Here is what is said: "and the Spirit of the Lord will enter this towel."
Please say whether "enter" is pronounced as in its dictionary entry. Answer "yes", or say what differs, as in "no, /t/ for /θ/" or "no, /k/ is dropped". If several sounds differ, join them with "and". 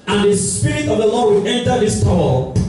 yes